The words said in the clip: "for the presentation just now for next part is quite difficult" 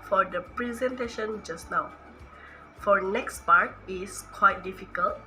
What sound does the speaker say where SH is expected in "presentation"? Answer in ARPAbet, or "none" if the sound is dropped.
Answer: SH